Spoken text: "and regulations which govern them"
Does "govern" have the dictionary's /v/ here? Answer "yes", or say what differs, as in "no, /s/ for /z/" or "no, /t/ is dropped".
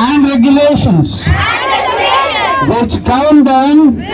no, /v/ is dropped